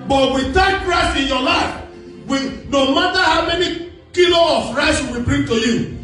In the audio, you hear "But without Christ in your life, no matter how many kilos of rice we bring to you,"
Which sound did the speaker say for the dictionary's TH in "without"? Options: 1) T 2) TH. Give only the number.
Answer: 1